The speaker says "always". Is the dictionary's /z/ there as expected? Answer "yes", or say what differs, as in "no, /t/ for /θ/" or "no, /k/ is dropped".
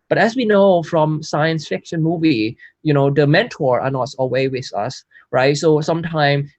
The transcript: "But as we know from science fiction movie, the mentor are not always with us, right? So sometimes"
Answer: no, /z/ is dropped